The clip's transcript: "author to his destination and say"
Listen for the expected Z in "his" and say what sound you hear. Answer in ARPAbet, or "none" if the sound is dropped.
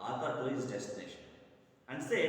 S